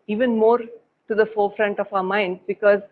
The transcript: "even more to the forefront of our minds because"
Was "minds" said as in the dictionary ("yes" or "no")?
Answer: no